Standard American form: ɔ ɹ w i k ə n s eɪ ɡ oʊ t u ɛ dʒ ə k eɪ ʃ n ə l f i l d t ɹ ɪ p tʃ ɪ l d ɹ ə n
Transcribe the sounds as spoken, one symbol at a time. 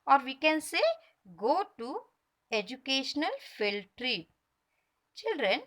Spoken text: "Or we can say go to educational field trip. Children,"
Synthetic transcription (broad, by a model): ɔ ɹ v i k ə n s eɪ ɡ oʊ t u ɛ dʒ ə k eɪ ʃ n ə l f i l t ɹ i tʃ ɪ l d ɹ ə n